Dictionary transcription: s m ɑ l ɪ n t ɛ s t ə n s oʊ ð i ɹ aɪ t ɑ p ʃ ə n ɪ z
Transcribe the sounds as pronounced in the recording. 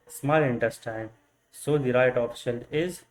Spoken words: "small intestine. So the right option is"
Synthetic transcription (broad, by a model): s m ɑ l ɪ n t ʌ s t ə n s oʊ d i ɹ aɪ t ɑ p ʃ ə l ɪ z